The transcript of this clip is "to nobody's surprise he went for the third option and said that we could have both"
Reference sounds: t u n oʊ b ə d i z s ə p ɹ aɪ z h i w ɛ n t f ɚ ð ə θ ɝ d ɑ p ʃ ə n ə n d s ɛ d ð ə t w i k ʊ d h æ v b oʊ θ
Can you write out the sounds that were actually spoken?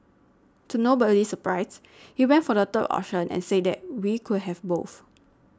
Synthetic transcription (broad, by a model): t u n oʊ b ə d i s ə p ɹ aɪ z h i w ɛ n t f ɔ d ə t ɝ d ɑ ʃ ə n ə n s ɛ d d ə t w i k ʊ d h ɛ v b oʊ θ